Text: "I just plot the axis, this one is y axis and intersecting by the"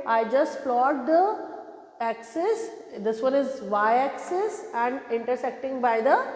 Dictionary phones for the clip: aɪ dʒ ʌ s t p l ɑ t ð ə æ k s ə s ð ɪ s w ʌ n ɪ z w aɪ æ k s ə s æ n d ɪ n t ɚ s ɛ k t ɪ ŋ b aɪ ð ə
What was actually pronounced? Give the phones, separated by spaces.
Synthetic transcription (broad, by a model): aɪ dʒ ʌ s t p l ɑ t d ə æ k s ə s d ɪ s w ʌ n ɪ z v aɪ æ k s ə s æ n d ɪ n t ɚ s ɛ k t ɪ ŋ b aɪ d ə